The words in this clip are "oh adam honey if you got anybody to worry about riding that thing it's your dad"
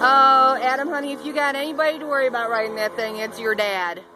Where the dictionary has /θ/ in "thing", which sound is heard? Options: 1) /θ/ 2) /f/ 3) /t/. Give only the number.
1